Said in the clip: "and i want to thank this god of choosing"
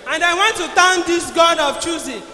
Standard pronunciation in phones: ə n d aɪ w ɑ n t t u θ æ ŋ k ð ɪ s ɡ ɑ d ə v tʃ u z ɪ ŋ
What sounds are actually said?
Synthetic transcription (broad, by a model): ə n d aɪ w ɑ n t t u t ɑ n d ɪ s ɡ ɑ d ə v tʃ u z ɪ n